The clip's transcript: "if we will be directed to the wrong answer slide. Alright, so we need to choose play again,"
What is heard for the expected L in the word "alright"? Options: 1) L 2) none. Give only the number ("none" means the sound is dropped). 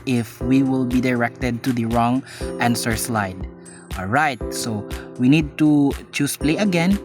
1